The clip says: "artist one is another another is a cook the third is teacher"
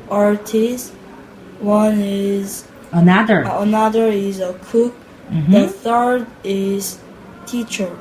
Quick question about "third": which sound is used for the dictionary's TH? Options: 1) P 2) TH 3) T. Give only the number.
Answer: 2